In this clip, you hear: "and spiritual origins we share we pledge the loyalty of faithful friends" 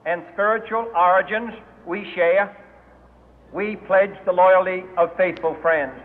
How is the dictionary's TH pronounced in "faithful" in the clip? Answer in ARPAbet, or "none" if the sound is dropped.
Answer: TH